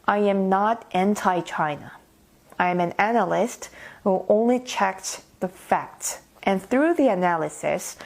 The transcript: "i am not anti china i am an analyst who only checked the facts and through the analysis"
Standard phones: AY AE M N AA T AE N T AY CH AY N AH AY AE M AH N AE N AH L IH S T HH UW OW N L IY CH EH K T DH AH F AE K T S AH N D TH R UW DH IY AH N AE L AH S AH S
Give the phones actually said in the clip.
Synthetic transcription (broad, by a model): AY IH M N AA T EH N T AY CH AY N AH AY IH M AH N AE N AH L IH S T HH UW OW N L IY CH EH K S DH AH F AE K T S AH N TH R UW DH IY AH N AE L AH S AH S